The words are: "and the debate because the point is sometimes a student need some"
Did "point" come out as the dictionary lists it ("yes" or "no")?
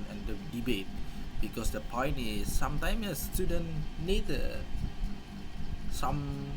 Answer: yes